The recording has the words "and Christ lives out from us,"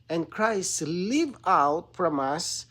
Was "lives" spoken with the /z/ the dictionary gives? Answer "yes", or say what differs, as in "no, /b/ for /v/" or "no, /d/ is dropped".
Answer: no, /z/ is dropped